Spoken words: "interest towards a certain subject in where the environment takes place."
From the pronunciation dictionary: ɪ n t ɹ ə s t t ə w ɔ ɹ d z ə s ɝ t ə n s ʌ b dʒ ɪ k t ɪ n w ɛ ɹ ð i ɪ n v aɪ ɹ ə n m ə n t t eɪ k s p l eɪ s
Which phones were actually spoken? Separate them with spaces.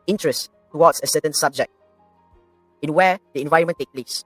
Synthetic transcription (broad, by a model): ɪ n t ɹ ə s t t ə w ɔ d s ə s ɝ t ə n s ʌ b dʒ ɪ k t ɪ n w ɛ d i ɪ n v aɪ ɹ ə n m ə n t t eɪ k p l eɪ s